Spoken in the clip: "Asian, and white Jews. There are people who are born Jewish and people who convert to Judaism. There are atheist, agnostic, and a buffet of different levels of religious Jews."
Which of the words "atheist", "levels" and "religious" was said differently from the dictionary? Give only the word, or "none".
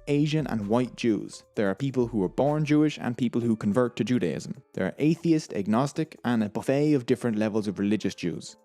none